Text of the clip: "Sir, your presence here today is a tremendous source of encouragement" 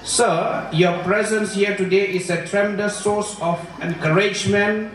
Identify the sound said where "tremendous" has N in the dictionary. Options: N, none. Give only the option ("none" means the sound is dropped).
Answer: none